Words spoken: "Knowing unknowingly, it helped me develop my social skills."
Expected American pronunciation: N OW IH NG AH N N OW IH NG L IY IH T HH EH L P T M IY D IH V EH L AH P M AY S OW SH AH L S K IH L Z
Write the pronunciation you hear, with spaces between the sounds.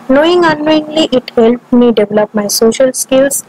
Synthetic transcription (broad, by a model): N OW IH NG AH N N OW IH NG L IY IH T HH EH L P T M IY D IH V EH L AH P M AY S OW SH AH L S K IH L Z